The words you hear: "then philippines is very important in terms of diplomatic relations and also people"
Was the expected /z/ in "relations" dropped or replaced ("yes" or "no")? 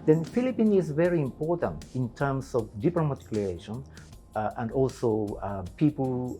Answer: yes